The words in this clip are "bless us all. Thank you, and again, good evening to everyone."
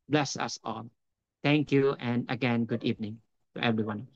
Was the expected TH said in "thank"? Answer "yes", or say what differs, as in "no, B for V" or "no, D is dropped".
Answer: no, T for TH